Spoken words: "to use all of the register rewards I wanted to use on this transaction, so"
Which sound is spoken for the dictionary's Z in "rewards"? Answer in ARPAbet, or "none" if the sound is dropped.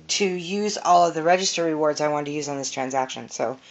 Z